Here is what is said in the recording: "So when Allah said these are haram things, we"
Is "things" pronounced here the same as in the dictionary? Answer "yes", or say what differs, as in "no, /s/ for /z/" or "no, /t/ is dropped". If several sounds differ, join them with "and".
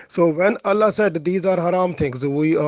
no, /t/ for /θ/